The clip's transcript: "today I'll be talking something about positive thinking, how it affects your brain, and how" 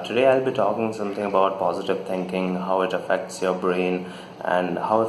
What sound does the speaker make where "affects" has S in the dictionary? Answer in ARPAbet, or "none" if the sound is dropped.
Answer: S